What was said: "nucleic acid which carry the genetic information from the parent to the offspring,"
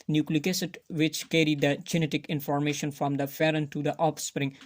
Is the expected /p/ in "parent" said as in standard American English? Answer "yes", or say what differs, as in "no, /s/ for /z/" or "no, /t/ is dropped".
no, /f/ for /p/